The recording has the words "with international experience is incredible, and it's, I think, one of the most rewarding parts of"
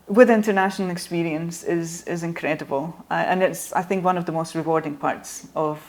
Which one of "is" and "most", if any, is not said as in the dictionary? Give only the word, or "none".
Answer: none